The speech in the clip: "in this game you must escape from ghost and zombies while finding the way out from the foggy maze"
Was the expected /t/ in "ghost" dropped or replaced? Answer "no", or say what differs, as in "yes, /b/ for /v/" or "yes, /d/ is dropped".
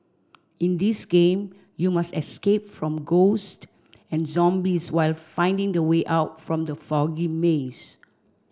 no